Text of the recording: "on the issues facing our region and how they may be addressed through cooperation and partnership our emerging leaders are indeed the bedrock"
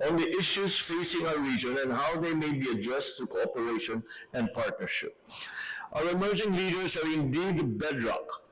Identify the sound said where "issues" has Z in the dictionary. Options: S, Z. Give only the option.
S